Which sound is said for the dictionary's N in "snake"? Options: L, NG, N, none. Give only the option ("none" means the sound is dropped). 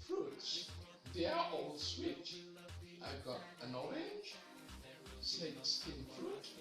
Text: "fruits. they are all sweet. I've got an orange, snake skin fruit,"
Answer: none